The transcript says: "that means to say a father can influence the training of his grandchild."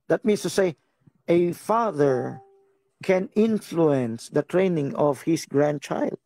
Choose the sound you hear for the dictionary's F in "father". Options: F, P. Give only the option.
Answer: F